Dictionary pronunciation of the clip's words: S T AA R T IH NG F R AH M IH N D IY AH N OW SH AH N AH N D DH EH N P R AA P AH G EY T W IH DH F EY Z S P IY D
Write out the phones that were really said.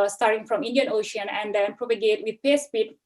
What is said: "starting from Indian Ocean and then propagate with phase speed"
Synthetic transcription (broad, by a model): S T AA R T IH NG F R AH M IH N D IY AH N OW SH AH N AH N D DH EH N P R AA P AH G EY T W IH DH P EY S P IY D